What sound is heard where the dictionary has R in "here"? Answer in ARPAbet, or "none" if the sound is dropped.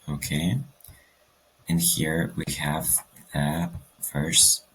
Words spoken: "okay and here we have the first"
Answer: R